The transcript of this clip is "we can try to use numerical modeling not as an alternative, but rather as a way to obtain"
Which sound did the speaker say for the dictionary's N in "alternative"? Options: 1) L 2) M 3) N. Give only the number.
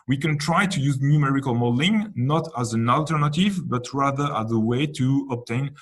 3